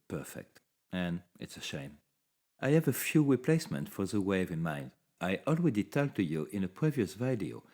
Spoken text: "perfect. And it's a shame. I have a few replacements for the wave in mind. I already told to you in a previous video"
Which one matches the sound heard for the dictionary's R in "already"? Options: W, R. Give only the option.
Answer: W